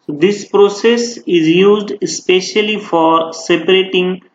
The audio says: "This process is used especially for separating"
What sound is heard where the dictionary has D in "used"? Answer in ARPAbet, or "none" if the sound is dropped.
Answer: D